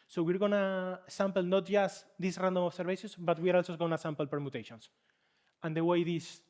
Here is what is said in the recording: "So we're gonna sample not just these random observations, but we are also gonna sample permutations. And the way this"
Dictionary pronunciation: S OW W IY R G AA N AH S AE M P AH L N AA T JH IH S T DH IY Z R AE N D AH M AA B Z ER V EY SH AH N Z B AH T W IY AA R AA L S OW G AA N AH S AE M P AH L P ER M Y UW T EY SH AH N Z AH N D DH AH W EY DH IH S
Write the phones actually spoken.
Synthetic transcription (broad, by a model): S OW W IY R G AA N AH S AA M P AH L N AA T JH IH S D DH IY S R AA N D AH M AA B S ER B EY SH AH N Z B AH T W IY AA R AA L S OW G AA N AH S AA M P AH L P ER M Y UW T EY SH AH N S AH N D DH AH W EY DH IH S